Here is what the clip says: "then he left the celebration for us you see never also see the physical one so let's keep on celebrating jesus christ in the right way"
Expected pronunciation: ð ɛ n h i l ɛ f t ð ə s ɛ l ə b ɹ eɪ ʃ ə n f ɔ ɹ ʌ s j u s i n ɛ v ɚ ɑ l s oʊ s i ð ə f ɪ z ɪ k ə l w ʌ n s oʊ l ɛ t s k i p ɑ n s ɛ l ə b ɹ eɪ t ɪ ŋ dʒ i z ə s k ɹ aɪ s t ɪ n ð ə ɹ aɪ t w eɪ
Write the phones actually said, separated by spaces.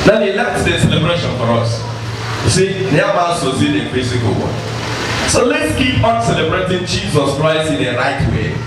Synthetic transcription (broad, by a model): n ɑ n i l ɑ t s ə s ɛ l ə b ɹ eɪ ʃ ə n f ɔ ɹ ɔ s s i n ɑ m ɑ s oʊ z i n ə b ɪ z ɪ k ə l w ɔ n s oʊ l ɛ t s k i p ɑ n s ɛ l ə b ɹ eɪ t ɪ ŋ dʒ i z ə s k ɹ aɪ s t ɪ n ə ɹ aɪ t w eɪ